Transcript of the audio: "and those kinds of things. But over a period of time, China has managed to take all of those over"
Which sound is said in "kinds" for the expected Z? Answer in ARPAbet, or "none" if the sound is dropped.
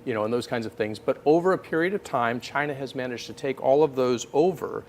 Z